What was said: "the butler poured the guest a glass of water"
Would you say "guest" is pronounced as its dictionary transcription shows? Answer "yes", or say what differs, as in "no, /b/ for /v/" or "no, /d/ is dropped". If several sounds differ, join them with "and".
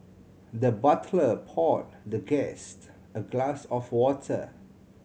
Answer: yes